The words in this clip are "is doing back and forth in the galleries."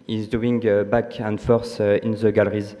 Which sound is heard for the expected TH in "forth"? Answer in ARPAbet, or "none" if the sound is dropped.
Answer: S